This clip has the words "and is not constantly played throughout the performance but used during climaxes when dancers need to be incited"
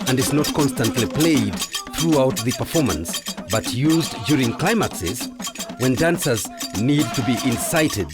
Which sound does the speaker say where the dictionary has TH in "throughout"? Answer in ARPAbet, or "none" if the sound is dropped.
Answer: TH